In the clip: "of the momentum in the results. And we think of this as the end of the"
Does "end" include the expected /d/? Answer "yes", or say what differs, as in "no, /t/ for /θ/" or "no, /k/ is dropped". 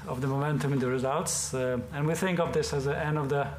yes